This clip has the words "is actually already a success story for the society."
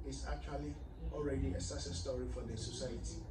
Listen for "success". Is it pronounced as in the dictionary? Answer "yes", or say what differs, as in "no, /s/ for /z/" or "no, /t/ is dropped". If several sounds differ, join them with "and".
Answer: no, /k/ is dropped